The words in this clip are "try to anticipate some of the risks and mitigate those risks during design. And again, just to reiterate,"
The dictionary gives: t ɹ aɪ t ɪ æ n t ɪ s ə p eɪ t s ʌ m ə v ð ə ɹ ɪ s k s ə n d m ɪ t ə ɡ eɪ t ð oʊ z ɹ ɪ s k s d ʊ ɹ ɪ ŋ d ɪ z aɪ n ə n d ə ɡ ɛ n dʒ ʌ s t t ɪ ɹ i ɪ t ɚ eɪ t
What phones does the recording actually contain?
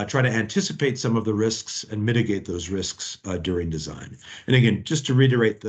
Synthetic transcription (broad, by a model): t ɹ aɪ t ɪ æ n t ɪ s ə p eɪ t s ʌ m ə v ð ə ɹ ɪ s k s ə n m ɪ t ə ɡ eɪ t ð oʊ z ɹ ɪ s k s d ʊ ɹ ɪ ŋ d ɪ z aɪ n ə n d ə ɡ ɛ n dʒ ʌ s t t ɪ ɹ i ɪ t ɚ eɪ t